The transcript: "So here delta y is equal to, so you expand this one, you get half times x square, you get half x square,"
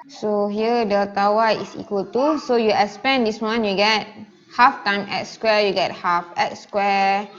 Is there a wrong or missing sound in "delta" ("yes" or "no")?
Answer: yes